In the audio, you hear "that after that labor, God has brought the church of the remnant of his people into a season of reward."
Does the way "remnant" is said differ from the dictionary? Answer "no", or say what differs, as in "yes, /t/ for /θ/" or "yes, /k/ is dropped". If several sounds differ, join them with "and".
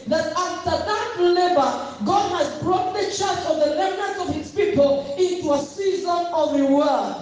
yes, /l/ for /ɹ/ and /m/ is dropped